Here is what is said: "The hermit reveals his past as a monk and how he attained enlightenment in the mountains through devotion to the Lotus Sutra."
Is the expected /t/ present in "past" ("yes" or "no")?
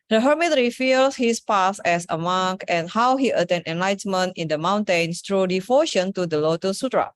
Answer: no